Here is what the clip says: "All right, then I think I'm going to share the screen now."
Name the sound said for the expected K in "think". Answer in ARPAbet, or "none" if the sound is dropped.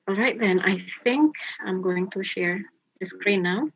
K